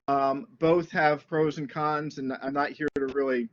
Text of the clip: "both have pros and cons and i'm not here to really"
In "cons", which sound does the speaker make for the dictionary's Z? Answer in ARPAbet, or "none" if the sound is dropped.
Z